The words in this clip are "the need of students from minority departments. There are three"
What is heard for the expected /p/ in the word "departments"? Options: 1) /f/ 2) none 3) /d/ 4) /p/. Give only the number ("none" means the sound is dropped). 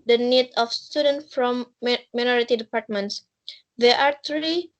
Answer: 4